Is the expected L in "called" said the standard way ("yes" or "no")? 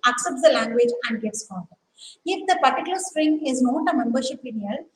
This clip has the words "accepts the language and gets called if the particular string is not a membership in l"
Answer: no